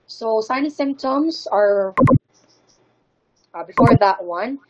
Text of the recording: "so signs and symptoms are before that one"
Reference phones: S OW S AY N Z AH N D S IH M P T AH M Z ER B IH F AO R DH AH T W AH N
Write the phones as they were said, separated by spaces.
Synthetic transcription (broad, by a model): S OW S AY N AH S IH M P T AH M Z ER B IH F AO R DH AH T W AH N